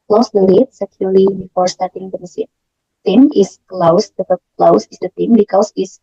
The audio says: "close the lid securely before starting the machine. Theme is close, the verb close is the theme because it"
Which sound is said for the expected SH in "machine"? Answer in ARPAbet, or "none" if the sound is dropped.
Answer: S